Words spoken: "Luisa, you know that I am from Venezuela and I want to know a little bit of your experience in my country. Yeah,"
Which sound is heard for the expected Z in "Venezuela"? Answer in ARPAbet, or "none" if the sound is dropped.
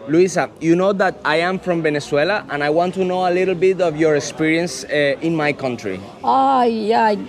S